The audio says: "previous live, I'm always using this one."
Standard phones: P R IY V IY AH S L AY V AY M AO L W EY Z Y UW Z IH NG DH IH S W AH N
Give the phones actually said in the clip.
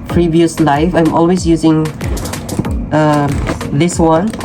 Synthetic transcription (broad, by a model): P R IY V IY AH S L AY F AY M AO L W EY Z Y UW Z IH NG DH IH S W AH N